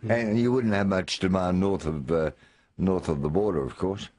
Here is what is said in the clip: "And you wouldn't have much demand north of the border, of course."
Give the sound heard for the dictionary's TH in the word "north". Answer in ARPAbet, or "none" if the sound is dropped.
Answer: TH